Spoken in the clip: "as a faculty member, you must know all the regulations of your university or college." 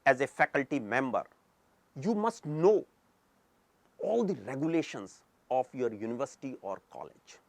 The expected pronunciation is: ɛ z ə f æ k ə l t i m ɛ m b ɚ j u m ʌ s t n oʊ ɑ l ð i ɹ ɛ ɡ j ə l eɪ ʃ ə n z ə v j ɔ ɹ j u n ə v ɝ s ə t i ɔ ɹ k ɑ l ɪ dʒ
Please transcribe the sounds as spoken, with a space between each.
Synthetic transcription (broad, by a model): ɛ z ə f æ k ə l t i m ɛ m b ɚ j u m ʌ s t n oʊ ɑ l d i ɹ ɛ ɡ j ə l eɪ ʃ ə n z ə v j ɔ ɹ j u n ə v ɝ s ə t i ɔ ɹ k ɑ l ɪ dʒ